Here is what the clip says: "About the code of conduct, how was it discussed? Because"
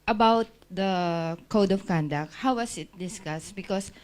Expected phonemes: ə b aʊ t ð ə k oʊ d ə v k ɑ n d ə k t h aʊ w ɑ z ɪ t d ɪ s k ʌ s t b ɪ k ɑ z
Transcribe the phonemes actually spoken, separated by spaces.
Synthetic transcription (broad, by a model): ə b aʊ t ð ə k oʊ d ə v k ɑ n d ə k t h aʊ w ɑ s ɪ t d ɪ s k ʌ s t b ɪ k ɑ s